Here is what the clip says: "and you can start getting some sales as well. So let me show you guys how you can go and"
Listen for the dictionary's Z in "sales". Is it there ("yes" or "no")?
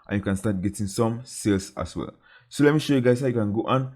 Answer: no